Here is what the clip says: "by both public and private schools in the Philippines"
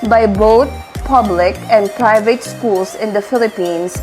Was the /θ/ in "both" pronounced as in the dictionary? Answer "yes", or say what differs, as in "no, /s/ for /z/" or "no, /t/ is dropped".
no, /t/ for /θ/